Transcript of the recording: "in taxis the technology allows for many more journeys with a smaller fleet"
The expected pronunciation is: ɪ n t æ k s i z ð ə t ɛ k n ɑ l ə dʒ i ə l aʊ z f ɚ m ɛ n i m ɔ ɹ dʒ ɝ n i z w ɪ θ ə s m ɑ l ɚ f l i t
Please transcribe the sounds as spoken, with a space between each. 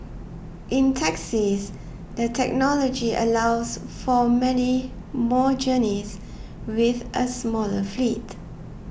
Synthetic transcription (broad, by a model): ɪ n t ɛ k s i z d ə t ɛ k n ɑ l ə dʒ i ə l aʊ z f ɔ m ɛ n i m ɔ dʒ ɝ n i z w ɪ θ ə s m ɑ l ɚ f l i t